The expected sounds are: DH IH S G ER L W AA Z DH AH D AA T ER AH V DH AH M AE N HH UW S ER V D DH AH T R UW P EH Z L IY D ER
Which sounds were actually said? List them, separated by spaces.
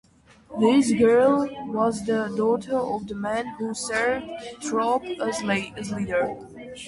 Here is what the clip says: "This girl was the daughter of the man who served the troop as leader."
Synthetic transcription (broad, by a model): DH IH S G ER L W AA Z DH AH D AA T ER AH V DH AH M AE N HH UW S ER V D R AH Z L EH EH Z L IY D ER